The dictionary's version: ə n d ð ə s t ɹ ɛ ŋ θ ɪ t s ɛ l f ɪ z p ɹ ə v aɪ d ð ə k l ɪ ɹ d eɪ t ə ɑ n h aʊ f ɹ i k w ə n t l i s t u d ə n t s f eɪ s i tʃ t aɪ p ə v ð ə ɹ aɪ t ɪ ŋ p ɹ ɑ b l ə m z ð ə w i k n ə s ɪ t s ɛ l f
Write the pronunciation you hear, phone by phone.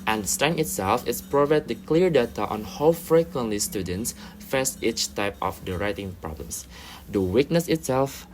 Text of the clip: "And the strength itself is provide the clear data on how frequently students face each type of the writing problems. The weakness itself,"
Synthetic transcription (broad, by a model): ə n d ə s t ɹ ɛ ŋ ɪ t s ɛ l f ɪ s p ɹ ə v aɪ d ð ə k l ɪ ɹ d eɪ t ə ɑ n h aʊ f ɹ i k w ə n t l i s t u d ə n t s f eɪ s i tʃ t aɪ p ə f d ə ɹ aɪ t ɪ ŋ p ɹ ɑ b l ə m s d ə w i k n ə s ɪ t s ɛ l f